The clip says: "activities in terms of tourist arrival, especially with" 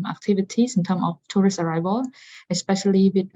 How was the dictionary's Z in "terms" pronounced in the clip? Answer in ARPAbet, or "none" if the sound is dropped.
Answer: none